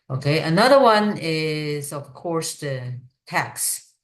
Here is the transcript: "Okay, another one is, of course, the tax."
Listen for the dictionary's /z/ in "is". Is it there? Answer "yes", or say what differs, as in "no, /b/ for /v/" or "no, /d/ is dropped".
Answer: yes